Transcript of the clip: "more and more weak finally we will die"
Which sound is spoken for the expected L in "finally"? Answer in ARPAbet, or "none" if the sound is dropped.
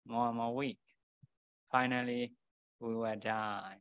L